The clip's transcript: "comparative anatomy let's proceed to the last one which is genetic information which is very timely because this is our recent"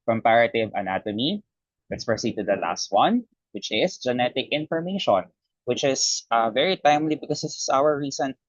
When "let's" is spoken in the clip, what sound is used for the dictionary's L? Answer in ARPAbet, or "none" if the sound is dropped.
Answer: W